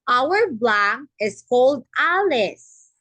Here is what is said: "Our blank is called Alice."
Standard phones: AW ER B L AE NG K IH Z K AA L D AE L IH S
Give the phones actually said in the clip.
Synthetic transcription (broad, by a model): AW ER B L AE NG IH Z K AA L D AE L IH S